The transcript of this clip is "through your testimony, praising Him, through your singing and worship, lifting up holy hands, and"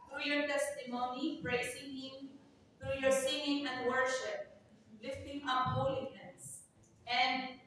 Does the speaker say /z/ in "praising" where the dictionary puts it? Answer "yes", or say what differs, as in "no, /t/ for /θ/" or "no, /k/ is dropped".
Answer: no, /s/ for /z/